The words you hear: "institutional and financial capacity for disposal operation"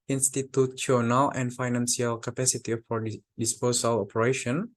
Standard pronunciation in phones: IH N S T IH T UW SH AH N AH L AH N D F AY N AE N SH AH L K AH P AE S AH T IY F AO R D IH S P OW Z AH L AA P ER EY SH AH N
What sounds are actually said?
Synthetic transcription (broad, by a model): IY N S T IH T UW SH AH N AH L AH N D F AY N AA N S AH L K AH P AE S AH T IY F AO R D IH S P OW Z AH L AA P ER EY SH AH N